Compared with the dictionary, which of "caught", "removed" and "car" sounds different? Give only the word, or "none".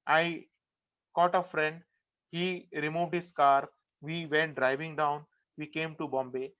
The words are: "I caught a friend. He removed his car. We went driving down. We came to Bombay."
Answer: none